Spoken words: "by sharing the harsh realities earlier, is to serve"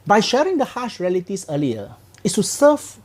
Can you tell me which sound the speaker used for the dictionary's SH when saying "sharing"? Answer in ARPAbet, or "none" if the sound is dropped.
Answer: SH